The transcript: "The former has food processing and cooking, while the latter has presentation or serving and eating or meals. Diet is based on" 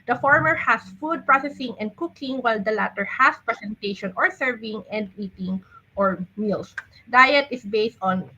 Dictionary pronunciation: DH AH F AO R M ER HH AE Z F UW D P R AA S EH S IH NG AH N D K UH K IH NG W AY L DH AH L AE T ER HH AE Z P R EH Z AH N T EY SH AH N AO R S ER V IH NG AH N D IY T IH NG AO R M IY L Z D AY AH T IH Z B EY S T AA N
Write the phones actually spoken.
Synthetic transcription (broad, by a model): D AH F AO R M ER HH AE S F UW D P R AA S EH S IH NG AH N D K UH K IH NG W AY L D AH L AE T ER HH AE S P R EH S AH N T EY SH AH N AO R S ER V IH NG AH N D IY T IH NG AO R M IY L S D AY AH T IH S B EY S T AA N